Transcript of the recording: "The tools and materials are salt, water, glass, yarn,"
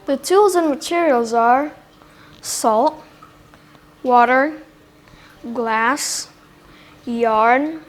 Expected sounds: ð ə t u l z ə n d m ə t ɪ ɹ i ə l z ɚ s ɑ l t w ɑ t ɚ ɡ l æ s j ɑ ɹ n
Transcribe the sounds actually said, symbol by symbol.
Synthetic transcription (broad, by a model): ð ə t u l z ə n m ə t ɪ ɹ i ə l z ɚ s ɑ l t w ɑ t ɚ ɡ l æ s j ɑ ɹ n